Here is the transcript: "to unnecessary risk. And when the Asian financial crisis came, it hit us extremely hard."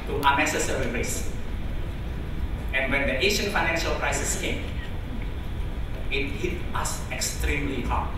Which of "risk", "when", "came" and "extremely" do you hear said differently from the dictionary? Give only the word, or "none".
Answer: risk